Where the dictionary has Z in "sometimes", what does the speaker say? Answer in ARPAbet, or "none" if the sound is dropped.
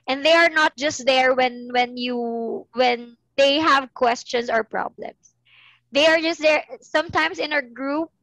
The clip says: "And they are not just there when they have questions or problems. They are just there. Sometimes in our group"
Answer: S